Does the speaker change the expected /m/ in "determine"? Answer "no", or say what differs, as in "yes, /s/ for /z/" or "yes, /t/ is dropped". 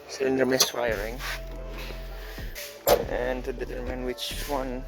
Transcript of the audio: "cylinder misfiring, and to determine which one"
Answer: no